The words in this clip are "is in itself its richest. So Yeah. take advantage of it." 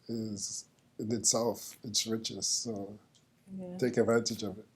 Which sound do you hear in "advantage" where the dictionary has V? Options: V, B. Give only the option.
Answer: V